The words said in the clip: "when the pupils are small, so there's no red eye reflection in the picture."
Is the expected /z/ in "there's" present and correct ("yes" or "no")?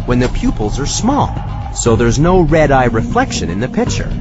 yes